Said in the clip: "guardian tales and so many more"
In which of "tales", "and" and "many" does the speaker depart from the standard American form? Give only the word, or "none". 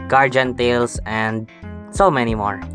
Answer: tales